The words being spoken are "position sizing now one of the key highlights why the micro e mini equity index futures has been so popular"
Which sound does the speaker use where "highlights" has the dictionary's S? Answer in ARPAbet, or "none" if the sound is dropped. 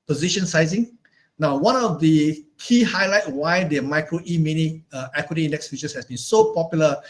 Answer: none